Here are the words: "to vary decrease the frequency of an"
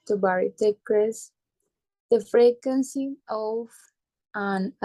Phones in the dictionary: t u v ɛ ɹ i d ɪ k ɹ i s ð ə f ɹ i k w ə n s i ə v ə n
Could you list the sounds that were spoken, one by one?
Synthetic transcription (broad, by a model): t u b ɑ ɹ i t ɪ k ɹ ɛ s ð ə f ɹ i k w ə n s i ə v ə n